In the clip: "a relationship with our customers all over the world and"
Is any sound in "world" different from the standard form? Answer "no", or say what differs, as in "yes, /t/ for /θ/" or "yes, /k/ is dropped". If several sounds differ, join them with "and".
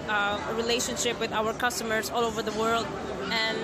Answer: no